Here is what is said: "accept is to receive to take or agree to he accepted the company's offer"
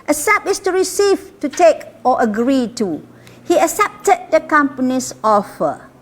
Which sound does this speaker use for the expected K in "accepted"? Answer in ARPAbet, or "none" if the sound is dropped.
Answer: none